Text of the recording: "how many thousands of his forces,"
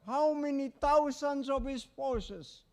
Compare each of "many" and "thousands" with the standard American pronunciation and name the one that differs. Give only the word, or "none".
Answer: thousands